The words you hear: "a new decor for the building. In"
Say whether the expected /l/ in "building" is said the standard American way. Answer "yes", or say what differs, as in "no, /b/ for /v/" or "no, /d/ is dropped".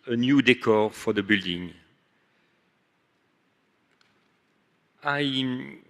yes